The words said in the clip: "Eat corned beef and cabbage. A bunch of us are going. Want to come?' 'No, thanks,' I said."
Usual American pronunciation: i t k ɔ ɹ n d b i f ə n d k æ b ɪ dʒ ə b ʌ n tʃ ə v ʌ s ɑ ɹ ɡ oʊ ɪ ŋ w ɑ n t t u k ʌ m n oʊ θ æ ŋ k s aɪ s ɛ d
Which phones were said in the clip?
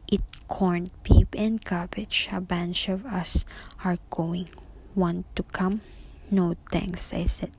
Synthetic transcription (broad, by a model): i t k ɔ ɹ n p i p ə n d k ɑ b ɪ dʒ ə b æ n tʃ ə v ʌ s ɑ ɹ ɡ oʊ ɪ ŋ w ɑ n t t u k ʌ m n oʊ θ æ ŋ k s aɪ s ɛ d